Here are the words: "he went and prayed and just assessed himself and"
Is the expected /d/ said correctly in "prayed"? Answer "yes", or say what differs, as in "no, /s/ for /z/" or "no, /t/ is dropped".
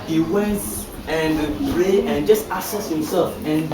no, /d/ is dropped